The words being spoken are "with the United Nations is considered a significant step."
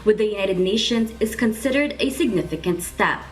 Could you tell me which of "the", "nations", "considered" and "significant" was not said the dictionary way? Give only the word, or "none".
none